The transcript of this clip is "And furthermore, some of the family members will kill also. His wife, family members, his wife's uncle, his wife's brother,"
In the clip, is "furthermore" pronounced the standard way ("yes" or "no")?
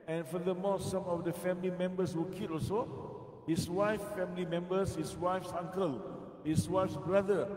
no